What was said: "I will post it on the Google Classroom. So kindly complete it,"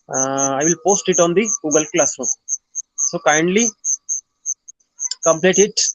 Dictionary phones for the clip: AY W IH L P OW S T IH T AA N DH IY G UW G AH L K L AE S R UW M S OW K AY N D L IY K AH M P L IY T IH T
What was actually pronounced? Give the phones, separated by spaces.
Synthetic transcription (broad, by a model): AY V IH L P OW S T IH T AA N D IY G UW G AH L K L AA S UW S OW K AY N D L IY K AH M P L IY T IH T